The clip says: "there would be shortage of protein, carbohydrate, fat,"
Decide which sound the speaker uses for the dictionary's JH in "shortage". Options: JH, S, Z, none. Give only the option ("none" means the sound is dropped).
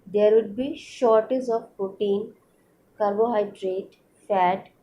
Z